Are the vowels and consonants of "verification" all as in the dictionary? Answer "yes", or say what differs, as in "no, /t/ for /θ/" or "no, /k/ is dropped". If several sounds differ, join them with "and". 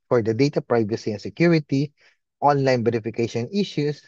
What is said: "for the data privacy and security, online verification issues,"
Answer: no, /b/ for /v/